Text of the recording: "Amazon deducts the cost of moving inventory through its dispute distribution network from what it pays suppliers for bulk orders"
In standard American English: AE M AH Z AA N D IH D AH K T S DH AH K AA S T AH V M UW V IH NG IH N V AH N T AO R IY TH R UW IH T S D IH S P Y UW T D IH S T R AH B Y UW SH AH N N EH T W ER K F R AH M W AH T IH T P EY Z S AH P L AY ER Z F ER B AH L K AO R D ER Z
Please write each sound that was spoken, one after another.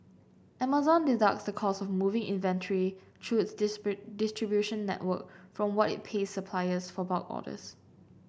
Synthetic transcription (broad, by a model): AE M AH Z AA N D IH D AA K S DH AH K AA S AH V M UW V IH NG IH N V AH N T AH R IY T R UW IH T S S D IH S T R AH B Y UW SH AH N N EH T W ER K F R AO M W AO T IH T P EY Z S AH P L AY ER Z F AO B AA K AO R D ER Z